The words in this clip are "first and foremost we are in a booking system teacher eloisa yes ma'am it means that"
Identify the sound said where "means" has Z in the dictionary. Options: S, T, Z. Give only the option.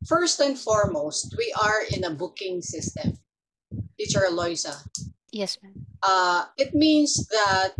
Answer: S